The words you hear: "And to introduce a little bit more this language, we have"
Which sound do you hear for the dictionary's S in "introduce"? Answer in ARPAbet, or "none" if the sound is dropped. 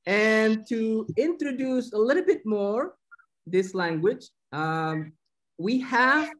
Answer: S